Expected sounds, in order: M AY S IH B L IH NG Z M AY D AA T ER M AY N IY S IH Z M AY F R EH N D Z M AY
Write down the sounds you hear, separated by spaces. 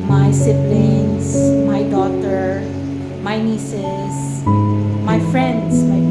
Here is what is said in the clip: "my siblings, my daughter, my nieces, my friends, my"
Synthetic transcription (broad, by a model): M AY S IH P L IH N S M AY D AA T ER M AY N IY S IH S M AY F R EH N D S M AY